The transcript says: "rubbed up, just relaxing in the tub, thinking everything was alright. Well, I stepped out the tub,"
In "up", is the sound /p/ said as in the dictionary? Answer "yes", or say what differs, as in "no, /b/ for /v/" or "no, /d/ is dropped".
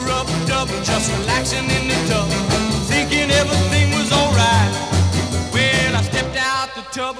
no, /b/ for /p/